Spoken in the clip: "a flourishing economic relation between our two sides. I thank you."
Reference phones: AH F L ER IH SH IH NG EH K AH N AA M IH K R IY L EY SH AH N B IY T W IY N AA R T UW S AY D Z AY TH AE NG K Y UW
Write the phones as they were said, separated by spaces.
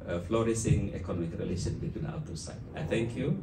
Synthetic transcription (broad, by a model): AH F L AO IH S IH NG EH K AH N AA M IH K R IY L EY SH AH N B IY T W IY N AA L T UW S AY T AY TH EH NG K Y UW